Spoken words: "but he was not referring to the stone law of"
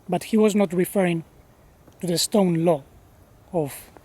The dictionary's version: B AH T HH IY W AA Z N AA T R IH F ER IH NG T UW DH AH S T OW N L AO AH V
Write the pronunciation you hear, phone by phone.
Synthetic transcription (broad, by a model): B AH T HH IY W AA Z N AA T R IH F ER IH NG T UW DH AH S T OW N L AO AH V